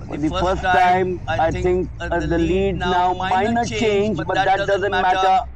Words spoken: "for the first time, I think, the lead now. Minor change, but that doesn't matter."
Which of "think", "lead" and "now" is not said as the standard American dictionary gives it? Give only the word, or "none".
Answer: think